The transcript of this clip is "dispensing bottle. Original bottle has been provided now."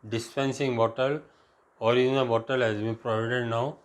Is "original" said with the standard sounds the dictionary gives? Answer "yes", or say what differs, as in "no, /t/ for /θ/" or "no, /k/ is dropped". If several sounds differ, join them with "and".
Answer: no, /dʒ/ is dropped